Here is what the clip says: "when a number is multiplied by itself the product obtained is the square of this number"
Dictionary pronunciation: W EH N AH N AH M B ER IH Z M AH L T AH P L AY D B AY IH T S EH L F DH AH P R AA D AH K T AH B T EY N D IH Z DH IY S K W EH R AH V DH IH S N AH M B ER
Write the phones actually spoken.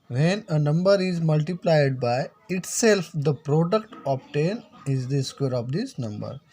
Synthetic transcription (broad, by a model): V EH N AH N AH M B ER IH Z M AH L T AH P L AY D B AY IH T S EH L F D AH P R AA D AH K T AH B T EY N IH Z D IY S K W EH R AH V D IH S N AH M B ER